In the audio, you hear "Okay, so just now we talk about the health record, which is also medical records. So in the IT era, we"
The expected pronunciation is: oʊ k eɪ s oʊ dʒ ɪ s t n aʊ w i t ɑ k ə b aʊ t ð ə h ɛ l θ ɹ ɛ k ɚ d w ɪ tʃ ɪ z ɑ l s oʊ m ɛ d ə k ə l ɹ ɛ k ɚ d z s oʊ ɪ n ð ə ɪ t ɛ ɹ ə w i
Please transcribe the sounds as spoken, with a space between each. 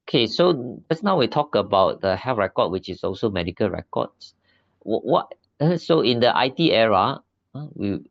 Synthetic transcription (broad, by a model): oʊ k eɪ s oʊ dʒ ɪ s n aʊ w i t ɑ k ə b aʊ t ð ə h ɛ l f ɹ ɛ k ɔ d w ɪ tʃ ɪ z ɑ l s oʊ m ɛ d ə k ə l ɹ ɛ k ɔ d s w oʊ ɪ n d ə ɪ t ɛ ɹ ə w i